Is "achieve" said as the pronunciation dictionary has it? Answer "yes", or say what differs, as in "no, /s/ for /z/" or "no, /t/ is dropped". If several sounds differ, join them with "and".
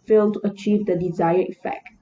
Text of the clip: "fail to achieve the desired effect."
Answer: yes